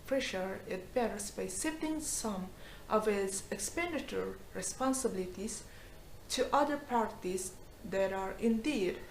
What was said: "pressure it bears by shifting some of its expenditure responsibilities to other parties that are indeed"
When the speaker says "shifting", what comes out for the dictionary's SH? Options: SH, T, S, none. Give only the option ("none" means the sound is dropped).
S